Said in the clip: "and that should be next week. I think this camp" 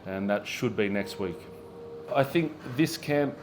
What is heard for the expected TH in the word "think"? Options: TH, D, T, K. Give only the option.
TH